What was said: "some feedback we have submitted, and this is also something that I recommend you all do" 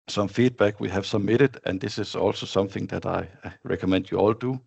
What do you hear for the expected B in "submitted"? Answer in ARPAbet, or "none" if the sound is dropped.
none